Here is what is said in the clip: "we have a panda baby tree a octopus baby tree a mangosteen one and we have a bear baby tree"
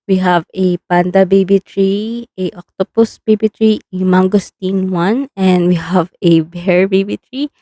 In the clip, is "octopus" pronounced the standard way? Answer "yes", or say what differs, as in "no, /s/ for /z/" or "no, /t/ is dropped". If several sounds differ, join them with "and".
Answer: yes